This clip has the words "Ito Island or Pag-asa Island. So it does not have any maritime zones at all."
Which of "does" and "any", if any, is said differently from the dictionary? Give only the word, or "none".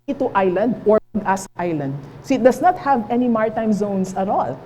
does